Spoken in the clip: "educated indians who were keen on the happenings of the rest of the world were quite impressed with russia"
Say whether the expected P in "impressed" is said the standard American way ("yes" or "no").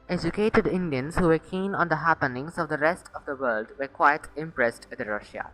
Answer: yes